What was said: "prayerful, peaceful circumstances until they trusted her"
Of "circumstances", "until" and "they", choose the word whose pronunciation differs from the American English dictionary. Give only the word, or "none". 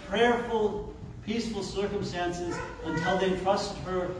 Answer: none